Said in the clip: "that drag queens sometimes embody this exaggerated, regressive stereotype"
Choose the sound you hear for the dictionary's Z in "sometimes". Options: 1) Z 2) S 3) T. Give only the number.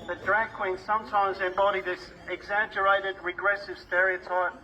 1